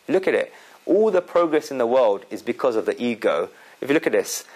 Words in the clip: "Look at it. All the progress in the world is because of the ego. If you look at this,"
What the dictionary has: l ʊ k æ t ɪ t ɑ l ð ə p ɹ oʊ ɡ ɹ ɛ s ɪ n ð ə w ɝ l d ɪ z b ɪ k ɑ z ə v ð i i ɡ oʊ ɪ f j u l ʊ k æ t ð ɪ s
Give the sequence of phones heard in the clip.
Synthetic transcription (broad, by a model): l ʊ k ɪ t ɪ t ɑ l ð ə p ɹ oʊ ɡ ɹ ɛ s ɪ n ð ə w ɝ l d ɪ z b ɪ k ɑ z ə v ð i i ɡ oʊ ɪ f j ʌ l ʊ k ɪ t ð ɪ s